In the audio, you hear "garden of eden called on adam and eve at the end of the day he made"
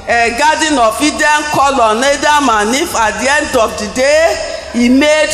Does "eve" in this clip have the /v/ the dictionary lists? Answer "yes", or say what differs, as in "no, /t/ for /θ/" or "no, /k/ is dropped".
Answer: no, /f/ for /v/